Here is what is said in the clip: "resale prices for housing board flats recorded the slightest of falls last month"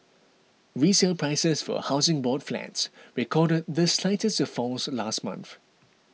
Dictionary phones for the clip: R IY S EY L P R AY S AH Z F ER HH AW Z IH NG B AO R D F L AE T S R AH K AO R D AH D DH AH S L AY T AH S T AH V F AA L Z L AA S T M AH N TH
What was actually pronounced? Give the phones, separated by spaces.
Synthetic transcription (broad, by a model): R IY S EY L P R AY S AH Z F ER HH AW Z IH NG B AO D F L AE T S R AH K AO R D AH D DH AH S L AY T AH S T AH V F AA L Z L AA S T M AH N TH